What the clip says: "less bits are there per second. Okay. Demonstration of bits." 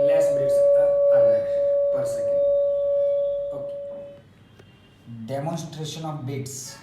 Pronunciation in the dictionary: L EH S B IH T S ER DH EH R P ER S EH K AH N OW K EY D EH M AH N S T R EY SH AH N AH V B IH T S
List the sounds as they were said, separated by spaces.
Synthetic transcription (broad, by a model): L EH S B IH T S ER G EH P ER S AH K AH OW K EY D EH M AH N S T R EY SH AH N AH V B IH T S